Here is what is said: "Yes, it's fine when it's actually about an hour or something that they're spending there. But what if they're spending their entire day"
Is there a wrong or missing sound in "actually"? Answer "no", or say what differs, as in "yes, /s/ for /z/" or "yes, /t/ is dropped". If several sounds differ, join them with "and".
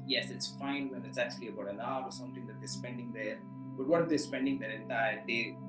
no